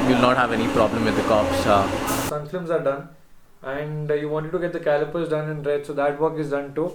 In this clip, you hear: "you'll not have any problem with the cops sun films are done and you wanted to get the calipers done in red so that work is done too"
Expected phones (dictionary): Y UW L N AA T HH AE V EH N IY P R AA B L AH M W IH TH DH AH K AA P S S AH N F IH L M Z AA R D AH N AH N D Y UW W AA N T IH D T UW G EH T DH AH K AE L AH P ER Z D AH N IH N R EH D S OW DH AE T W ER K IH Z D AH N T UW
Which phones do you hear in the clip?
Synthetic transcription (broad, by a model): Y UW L N AA T HH AE V EH N IY P R AA B L AH M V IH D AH K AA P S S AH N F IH M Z AA R D AH N AH N D Y UW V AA N T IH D T UW G EH T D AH K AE L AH P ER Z D AH N IH N R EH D S OW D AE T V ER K IH Z D AH N T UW